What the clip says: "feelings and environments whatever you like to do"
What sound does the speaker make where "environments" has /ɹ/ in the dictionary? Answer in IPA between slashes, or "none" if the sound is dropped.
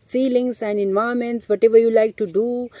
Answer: none